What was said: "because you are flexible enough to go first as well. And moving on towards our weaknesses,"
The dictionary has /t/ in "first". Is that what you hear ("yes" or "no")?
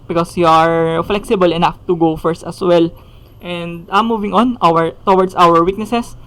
yes